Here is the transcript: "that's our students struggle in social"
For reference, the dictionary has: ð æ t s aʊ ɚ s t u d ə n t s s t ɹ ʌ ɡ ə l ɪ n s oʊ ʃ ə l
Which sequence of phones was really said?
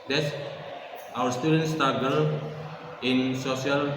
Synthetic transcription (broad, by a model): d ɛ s aʊ ɚ s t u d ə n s s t ʌ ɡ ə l ɪ n s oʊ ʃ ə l